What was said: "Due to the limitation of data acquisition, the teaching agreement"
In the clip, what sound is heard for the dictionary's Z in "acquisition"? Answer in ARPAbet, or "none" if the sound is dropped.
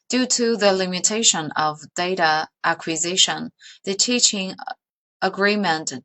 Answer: Z